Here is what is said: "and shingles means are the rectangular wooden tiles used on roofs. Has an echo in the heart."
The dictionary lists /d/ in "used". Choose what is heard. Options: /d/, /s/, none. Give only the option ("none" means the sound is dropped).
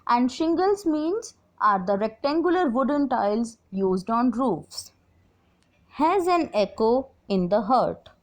/d/